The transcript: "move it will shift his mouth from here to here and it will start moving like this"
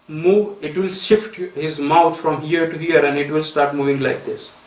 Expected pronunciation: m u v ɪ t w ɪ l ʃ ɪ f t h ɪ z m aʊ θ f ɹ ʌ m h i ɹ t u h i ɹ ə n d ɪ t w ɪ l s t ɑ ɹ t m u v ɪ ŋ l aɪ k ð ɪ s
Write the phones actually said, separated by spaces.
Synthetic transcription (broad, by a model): m u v ɪ t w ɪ l ʃ ɪ f t h ɪ z m aʊ t f ɹ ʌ m h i ɹ t u h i ɹ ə n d ɪ t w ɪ l s t ɑ ɹ t m u v ɪ ŋ l aɪ k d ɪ s